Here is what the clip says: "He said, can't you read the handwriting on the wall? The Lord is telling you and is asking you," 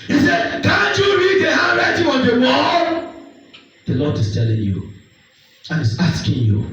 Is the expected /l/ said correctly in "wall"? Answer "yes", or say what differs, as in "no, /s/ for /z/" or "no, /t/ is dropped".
no, /n/ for /l/